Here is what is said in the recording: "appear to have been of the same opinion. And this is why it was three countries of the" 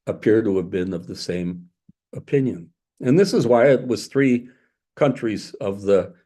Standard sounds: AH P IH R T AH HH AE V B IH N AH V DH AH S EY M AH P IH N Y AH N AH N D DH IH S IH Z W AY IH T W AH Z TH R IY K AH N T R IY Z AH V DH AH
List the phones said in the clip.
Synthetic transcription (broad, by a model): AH P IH R T AH V B IH N AH V DH AH S EY M AH P IH N Y AH N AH N DH IH S IH Z W AY IH T W AH Z TH R IY K AH N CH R IY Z AH V DH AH